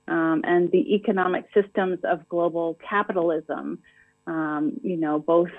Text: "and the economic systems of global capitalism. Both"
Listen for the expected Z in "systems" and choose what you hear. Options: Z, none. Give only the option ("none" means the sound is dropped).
Z